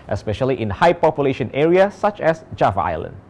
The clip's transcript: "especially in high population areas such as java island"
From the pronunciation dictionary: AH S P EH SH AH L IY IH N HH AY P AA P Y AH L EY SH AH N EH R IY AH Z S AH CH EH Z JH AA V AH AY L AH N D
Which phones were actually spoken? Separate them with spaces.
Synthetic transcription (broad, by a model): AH S P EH SH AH L IY IH N HH AY P AA P Y AH L EY SH AH N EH R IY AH S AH CH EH S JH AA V AY L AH N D